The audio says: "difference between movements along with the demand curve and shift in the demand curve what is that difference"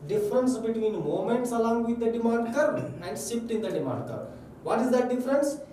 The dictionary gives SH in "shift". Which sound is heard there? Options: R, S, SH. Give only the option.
S